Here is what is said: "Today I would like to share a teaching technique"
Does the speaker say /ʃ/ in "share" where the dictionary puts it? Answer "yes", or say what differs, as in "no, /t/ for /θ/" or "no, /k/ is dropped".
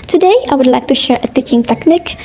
yes